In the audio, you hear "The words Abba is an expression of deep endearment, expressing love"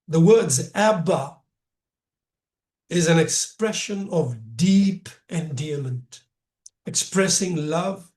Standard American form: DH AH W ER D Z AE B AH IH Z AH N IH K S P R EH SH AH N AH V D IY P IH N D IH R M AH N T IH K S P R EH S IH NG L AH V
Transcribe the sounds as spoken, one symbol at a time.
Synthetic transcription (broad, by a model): DH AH W ER D Z AE B AH IH Z AH N IH K S P R EH SH AH N AH V D IY P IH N D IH M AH N T IH K S P R EH S IH NG L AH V